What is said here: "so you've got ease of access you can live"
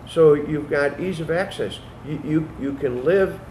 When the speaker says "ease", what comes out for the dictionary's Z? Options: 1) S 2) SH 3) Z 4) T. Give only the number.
3